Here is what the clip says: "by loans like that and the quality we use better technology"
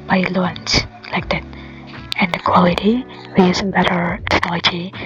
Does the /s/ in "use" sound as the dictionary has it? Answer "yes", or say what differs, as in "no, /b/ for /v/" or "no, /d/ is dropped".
no, /s/ is dropped